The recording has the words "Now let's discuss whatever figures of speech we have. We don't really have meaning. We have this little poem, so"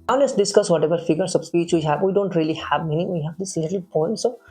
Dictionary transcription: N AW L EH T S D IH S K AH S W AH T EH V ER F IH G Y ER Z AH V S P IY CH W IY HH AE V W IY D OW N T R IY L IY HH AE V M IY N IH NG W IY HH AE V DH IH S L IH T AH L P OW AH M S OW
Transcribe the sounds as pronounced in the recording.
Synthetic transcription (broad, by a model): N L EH S D IH S K AH S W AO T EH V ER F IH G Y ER S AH B S P IY CH W IY HH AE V W IY D OW N T R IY L IY HH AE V M IY N IH NG W IY HH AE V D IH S L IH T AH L P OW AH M S OW